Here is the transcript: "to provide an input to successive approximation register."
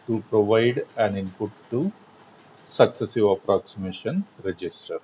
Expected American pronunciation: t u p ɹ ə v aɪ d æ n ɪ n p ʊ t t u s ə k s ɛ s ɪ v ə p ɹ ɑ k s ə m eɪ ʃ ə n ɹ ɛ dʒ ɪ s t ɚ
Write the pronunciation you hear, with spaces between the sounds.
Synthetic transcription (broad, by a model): t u p ɹ ə v aɪ d æ n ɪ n p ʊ t t u s ə k s ɛ s ɪ v ə p ɹ ɑ k s ə m eɪ ʃ ə n ɹ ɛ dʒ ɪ s t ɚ